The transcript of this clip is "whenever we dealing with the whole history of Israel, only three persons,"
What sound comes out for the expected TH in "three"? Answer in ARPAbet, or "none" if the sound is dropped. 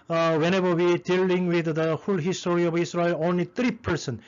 T